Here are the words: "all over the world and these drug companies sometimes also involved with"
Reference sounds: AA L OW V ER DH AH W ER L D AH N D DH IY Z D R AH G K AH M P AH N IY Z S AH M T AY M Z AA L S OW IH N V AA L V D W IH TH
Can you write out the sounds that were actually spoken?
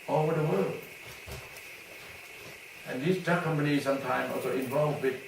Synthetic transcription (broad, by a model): OW V ER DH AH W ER L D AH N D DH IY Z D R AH K AH M P AH N IY Z S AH M T AY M AA L S OW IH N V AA L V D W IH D